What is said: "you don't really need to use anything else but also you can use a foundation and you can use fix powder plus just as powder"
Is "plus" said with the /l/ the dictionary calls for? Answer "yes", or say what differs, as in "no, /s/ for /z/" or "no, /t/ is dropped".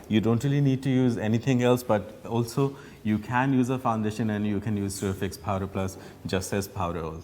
yes